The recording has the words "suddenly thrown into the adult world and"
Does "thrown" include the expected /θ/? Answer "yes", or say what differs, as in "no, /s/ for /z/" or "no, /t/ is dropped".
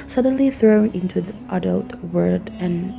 yes